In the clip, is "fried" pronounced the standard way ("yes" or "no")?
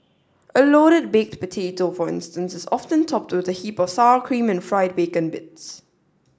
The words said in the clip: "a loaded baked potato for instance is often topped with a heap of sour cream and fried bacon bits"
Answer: yes